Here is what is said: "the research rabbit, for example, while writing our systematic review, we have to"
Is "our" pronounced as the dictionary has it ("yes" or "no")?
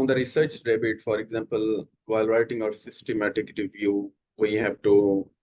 yes